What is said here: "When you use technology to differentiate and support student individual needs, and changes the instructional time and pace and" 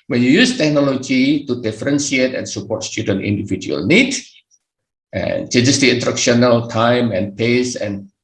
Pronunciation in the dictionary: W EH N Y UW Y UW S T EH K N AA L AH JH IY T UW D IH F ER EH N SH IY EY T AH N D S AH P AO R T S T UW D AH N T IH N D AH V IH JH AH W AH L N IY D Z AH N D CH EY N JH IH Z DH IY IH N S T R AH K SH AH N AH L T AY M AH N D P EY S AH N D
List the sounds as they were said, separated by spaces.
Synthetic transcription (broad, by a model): W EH N Y UW Y UW S T EH K N AA L AH JH IY T UW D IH F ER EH N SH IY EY T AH N S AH P AO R T S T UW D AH N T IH N D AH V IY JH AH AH L N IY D AH N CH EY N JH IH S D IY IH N T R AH K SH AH N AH L T AY M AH N P EY S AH N